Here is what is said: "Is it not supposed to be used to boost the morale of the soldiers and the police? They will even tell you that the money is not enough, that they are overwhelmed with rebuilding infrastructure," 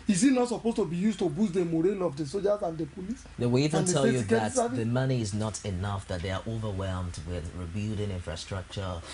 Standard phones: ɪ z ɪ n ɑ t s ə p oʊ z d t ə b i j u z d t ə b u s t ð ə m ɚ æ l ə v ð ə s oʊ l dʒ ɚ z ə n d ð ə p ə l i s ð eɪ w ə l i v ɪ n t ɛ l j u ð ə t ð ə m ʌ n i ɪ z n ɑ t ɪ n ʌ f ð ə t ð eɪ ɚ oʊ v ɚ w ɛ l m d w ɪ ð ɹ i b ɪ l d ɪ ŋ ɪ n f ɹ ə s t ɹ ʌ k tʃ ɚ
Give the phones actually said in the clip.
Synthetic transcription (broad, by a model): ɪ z ɪ n ɑ t s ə p oʊ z t ə b i j u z t ə b u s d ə m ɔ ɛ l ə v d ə s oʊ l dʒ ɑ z ə n d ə p ə l i s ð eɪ w ə l i v ɪ n t ɛ l j u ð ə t ð ə m ʌ n i ɪ z n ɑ t ɪ n ʌ f ð ə t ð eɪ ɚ oʊ v ɚ w ɛ l m d w ɪ ð ɹ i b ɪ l d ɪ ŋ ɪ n f ɹ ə s t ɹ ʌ k tʃ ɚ